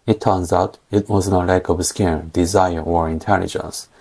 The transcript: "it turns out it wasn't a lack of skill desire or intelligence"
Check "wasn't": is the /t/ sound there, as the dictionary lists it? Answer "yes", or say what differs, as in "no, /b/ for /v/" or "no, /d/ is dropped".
no, /t/ is dropped